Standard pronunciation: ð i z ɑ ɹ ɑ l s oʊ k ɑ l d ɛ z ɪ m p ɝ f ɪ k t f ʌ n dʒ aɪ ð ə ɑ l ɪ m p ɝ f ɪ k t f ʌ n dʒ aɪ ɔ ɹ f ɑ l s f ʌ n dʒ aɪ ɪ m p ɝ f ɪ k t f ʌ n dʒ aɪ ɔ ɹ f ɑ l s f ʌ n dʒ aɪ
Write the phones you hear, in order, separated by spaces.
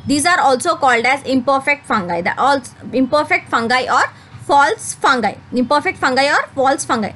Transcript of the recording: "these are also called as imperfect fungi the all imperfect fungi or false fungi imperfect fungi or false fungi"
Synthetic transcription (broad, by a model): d i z ɑ ɹ ɑ l s oʊ k ɑ l d ɛ z ɪ m p ɝ f ɪ k t f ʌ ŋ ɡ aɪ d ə ɑ l ɪ m p ɝ f ɪ k t f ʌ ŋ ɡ aɪ ɔ ɹ f ɑ l s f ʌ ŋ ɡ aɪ ɪ m p ɝ f ɪ k t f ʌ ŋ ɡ aɪ ɔ ɹ f ɑ l s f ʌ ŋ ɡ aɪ